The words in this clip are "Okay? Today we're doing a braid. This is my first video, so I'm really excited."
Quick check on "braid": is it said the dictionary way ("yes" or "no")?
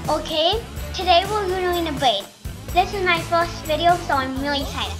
no